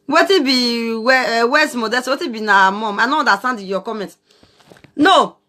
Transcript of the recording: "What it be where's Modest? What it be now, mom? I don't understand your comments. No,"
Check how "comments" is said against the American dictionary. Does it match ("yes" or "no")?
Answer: no